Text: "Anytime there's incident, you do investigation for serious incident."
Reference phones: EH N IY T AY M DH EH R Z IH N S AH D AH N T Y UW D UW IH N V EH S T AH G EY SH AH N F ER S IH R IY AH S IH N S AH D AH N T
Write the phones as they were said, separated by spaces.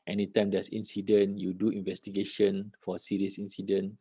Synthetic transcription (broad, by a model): EH N IY T AY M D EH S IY N S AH D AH N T Y UW D UW IH N V EH S T AH G EY SH AH N F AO S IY R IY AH S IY N S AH D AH N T